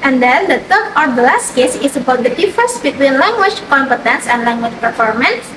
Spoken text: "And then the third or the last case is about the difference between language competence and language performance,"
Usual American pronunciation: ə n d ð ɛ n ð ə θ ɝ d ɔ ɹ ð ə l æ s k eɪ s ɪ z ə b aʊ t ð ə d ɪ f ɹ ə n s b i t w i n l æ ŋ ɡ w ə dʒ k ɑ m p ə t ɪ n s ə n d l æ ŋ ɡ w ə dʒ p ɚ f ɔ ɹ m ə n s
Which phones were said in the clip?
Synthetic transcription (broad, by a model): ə n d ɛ n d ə t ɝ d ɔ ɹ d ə l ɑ s k eɪ s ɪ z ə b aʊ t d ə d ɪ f ə s b i t w i n l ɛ ŋ ɡ w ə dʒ k ɑ m p ə t ɪ n s ə n d l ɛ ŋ ɡ w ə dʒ p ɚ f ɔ ɹ m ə n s